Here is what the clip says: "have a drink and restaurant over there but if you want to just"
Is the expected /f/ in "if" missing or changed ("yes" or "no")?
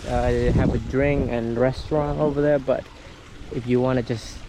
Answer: no